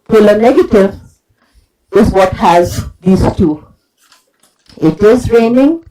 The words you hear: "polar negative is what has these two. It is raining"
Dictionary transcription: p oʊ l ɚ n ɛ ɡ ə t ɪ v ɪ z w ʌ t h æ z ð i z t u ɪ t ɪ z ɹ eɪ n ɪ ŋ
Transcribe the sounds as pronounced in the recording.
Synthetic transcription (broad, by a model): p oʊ l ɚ n ɛ ɡ ə t ɪ v ɪ z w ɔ t h æ z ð i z t u ɪ t ɪ z ɹ eɪ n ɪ ŋ